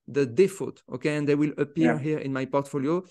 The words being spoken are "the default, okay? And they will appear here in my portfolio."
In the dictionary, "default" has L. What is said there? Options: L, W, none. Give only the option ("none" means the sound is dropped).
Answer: none